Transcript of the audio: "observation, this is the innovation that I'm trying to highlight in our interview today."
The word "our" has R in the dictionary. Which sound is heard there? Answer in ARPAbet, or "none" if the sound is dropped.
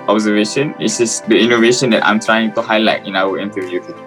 W